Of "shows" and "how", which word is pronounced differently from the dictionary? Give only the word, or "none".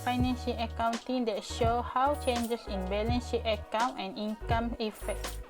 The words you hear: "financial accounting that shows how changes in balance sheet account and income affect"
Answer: shows